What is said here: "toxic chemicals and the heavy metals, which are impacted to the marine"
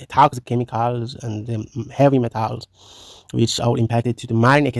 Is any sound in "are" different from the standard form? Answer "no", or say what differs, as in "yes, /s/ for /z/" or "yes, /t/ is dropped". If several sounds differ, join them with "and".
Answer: yes, /l/ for /ɹ/